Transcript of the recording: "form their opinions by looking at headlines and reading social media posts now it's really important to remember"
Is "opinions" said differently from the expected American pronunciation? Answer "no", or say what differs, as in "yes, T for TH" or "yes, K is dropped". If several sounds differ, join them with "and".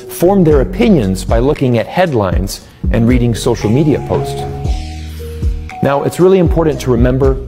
no